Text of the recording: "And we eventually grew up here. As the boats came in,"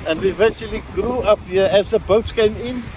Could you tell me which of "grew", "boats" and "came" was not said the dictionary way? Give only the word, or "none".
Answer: boats